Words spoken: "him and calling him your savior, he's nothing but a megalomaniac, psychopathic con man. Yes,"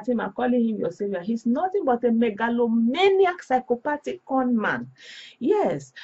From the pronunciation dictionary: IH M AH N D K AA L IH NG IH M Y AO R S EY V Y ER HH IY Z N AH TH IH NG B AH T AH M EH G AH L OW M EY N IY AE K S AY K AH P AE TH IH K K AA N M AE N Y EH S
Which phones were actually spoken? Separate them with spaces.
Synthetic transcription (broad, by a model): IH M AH K AA L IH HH IH M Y AO S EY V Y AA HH IY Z N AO T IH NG B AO T AH M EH G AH L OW M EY N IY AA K S AY K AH P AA T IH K K AA N M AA N Y EH S